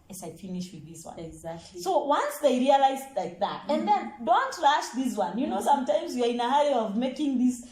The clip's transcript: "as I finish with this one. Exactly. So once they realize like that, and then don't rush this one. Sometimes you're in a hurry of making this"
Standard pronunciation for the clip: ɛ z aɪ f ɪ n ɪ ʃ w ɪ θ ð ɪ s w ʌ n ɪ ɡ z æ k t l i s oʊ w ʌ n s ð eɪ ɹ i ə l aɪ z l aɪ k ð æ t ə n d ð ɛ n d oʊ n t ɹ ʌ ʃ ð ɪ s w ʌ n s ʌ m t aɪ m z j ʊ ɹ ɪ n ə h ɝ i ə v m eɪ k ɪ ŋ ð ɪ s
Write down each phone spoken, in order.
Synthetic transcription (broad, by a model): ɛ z aɪ f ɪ n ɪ ʃ w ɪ ð ɪ s w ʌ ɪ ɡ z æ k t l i s oʊ w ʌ n s ð eɪ ɹ i ə l aɪ z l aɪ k ð æ t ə n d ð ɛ n d oʊ n t l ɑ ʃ ð ɪ s w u n s ʌ m t aɪ m z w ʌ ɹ ɪ n ə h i ə v m eɪ k ɪ ŋ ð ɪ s